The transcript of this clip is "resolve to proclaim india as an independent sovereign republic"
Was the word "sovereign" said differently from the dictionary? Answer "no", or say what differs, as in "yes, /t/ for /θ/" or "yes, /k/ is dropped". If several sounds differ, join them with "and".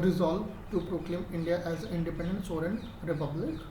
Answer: yes, /v/ is dropped